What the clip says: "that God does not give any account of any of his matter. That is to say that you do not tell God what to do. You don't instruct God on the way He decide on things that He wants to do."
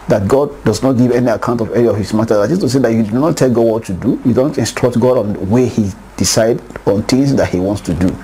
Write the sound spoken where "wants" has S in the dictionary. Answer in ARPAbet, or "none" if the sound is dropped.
S